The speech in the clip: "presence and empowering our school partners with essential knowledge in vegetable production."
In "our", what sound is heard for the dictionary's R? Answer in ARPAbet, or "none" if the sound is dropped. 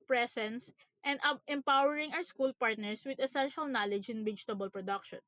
W